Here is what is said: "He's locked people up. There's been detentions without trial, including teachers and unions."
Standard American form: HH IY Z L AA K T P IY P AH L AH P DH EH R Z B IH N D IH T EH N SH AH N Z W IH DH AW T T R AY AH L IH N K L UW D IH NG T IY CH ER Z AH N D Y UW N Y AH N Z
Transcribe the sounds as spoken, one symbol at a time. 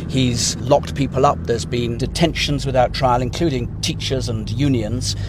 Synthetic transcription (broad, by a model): HH IY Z L AA K T P IY P AH L AH P DH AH R Z B IH N D IH T EH N SH AH N Z W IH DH AW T T R AY AH L IH N K L UW D IH NG T IY CH ER Z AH N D Y UW N Y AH N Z